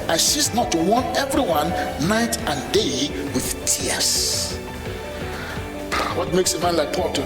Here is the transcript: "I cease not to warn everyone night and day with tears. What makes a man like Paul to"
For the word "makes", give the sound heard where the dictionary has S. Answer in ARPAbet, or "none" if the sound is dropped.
S